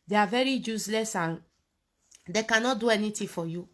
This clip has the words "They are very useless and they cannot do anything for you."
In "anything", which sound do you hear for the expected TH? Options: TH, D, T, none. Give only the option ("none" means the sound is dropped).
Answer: T